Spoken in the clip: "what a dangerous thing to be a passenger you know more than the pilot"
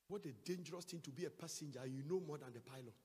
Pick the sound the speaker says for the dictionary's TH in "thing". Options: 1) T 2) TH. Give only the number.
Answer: 1